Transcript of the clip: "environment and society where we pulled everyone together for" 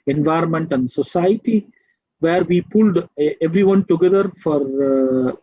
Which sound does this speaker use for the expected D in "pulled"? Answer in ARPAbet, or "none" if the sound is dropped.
D